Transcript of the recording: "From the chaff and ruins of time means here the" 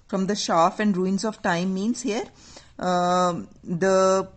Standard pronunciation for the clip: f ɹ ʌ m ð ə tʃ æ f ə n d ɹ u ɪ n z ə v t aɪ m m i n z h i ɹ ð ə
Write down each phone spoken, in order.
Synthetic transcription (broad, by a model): f ɹ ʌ m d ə ʃ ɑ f ə n d ɹ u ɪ n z ə v t aɪ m m i n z h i ɹ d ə